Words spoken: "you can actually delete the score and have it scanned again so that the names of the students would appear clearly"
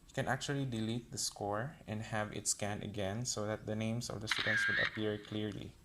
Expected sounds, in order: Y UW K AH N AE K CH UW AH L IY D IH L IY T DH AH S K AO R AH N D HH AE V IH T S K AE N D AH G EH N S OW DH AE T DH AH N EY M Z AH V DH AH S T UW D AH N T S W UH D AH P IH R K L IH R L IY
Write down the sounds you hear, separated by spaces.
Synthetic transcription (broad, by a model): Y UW K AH N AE K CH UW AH L IY D IH L IY T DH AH S K AO R AH N D HH AE V IH T S K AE N AH G EH N S OW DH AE T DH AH N EY M S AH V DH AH S T UW D AH N T S W UH D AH P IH R K L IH R L IY